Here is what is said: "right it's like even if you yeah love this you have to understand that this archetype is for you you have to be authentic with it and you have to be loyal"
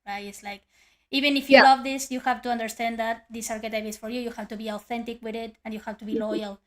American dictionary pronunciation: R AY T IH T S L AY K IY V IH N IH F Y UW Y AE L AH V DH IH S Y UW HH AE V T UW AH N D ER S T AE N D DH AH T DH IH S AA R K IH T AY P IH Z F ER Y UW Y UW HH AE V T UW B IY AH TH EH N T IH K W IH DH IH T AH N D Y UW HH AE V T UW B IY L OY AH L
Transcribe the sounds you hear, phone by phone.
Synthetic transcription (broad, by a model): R AY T IH T S L AY K IY V IH N IH F Y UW L AH V DH IH S Y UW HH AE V T UW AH N D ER S T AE N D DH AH T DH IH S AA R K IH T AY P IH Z F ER Y UW Y UW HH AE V T UW B IY AH TH EH N T IH K W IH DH IH T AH N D Y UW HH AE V T UW B IY L OY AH L